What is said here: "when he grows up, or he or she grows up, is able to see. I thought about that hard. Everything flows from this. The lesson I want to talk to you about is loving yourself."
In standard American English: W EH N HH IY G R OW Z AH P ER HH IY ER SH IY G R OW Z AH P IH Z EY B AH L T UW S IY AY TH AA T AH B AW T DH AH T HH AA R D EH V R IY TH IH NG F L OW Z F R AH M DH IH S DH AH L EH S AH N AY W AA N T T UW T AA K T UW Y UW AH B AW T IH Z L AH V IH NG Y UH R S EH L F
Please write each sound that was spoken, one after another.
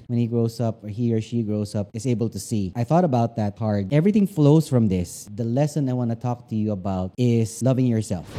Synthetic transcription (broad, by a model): W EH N HH IY G R OW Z AH P ER HH IY ER SH IY G R OW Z AH P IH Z EY B AH L T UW S IY AY TH AA T AH B AW T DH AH T HH AA R D EH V R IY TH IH NG F L OW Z F R AH M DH IH S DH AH L EH S AH N AY W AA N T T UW T AA K T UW Y UW AH B AW T IH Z L AH V IH NG Y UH R S EH L F